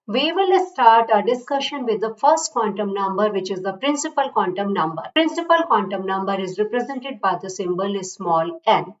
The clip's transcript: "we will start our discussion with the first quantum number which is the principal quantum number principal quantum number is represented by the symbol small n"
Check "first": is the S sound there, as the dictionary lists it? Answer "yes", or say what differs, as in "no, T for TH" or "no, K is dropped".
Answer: yes